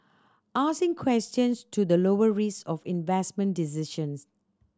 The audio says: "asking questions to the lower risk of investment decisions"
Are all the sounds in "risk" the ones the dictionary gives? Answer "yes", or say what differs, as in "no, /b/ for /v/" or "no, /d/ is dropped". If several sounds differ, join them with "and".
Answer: no, /k/ is dropped